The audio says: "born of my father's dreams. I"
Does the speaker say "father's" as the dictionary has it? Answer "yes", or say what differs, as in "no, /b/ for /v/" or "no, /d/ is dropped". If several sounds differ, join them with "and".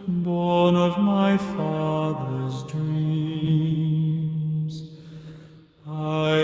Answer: yes